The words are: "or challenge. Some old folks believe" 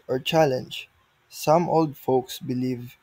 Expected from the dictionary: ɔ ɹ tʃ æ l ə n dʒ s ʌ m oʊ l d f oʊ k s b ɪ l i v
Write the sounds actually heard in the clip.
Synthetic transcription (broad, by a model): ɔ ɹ tʃ æ l ə n dʒ s ʌ m oʊ l d f oʊ k s b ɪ l i v